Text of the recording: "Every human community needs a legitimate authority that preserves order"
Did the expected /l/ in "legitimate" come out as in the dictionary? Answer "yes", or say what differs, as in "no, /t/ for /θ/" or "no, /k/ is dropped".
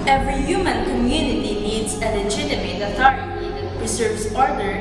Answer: no, /n/ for /l/